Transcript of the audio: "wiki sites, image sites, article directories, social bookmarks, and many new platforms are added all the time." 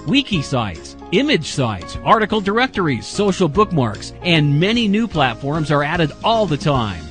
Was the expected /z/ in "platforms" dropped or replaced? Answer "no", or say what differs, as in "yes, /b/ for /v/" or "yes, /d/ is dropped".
no